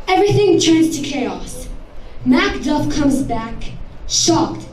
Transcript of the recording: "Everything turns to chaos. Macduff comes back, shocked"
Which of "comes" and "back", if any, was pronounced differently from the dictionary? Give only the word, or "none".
none